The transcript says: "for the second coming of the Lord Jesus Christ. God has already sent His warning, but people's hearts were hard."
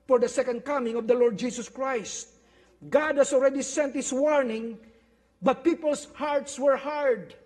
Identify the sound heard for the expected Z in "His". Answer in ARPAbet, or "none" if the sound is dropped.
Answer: S